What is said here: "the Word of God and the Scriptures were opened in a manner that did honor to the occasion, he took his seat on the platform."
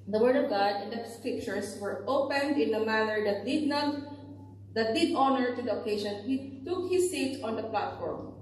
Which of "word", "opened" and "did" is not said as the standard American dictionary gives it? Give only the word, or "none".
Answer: none